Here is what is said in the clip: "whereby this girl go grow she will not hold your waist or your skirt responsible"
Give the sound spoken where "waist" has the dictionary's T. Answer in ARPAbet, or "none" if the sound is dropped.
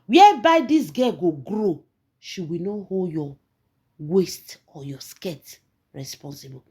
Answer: T